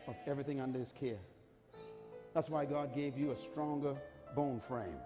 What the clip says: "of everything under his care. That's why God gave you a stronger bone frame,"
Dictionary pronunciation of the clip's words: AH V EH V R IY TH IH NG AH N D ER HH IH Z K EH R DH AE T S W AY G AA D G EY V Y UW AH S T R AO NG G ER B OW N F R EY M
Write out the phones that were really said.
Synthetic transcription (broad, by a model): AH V EH V R IY TH IH NG AH N D ER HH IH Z K EH R DH AE T S W AY G AA D G EY V Y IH AH S T R AO NG G ER B OW N F R EY M